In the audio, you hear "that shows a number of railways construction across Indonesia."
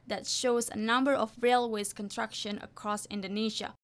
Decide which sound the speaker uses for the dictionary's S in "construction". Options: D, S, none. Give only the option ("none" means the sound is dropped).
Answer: none